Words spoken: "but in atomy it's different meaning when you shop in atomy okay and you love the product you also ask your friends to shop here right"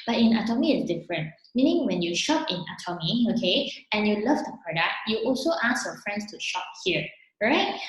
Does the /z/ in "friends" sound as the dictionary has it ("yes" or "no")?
no